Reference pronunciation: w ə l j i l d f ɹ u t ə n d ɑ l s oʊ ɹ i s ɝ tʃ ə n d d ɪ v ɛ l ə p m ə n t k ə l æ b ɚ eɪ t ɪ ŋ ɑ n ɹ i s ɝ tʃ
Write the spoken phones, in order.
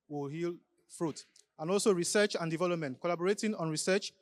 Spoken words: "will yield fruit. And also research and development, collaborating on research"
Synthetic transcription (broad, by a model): w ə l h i l f ɹ u t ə n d ɑ l s oʊ ɹ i s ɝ tʃ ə n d d ɪ v ɛ l ə p m ə n t k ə l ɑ b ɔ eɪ t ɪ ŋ ɑ n ɹ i s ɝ tʃ